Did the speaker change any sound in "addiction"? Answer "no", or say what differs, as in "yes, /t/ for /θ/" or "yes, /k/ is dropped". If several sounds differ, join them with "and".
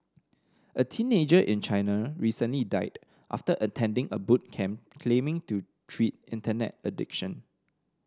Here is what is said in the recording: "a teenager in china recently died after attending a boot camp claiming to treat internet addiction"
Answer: no